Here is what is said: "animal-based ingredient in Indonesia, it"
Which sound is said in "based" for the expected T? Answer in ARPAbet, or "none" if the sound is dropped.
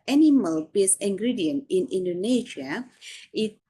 none